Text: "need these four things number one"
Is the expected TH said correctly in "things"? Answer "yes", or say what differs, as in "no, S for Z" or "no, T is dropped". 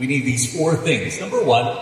yes